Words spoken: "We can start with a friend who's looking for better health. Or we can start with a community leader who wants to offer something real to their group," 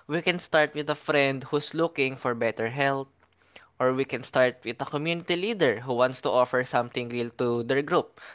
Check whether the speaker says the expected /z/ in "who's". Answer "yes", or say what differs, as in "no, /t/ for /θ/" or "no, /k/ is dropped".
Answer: no, /s/ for /z/